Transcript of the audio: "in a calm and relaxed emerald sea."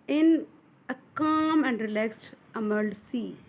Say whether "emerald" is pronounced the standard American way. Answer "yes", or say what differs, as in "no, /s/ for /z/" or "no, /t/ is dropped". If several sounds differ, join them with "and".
no, /ɹ/ is dropped